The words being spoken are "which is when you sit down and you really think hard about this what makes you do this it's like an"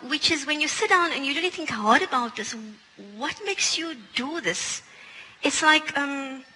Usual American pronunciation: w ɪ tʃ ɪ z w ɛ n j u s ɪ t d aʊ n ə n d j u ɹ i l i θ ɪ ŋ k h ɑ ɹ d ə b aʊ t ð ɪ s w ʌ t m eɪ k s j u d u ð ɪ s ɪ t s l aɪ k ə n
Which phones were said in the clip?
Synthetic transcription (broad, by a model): w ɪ tʃ ɪ z w ɛ n j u s ɪ t d aʊ n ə n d j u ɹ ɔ n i θ ɪ ŋ k h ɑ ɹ d ə b aʊ t ð ɪ s w ʌ t m eɪ k s j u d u ð ɪ s ɪ t s l aɪ k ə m